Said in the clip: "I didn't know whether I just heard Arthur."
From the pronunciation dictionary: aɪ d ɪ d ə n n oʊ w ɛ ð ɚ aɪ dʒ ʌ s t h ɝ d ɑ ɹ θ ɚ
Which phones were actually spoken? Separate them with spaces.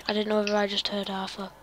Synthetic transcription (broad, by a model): aɪ d ɪ d n n oʊ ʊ ɚ aɪ dʒ ʌ s t h ɝ d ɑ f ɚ